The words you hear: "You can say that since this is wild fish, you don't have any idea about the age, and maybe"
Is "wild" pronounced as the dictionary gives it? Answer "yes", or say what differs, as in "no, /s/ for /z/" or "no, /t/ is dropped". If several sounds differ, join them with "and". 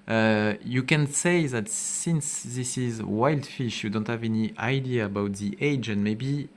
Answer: yes